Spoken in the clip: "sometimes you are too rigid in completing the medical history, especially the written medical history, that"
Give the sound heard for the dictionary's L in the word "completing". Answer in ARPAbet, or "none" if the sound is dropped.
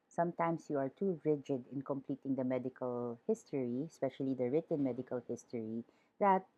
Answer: L